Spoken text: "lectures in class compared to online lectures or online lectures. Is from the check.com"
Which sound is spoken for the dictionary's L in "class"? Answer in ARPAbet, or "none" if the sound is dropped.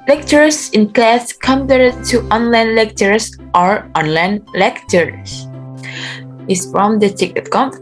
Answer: L